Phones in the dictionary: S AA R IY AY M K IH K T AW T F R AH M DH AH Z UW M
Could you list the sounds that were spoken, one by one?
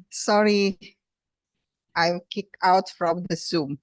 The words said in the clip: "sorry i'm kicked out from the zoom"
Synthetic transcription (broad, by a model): S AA R IY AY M K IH K AW T F R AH M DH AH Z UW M